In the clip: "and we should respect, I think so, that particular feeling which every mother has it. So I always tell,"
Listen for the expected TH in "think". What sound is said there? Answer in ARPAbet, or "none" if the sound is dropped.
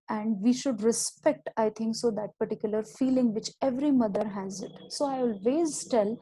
T